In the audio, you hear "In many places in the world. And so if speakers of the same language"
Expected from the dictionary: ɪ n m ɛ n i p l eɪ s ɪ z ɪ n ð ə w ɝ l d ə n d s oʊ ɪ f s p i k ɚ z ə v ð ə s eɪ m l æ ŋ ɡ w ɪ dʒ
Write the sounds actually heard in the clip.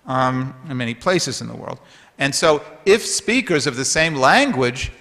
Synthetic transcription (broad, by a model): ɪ n m ɛ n i p l eɪ s ɪ z ɪ n ð ə w ɝ l d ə n s oʊ ɪ f s p i k ɚ z ə v ð ə s eɪ m l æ ŋ ɡ w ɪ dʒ